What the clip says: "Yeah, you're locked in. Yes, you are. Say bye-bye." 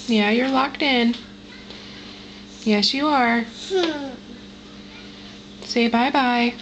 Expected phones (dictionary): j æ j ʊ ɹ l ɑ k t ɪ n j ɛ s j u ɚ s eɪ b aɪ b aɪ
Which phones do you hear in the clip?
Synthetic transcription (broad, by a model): j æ j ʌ ɹ l ɑ k t ɪ n j ɛ s j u ɚ s eɪ b aɪ b aɪ